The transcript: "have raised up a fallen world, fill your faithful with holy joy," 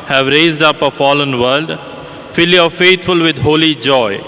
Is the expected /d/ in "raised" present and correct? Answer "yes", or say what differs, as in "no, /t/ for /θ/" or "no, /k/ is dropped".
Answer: yes